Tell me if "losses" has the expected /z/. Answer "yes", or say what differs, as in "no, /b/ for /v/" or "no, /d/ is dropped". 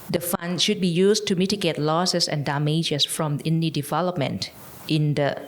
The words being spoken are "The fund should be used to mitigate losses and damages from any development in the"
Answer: no, /s/ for /z/